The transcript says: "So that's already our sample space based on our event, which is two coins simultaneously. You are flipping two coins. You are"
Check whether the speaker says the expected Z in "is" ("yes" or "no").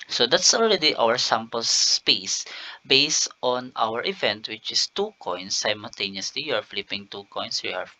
no